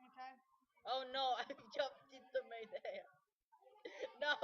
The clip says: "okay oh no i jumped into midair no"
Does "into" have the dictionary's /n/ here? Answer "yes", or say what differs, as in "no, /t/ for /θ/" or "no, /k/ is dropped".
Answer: no, /n/ is dropped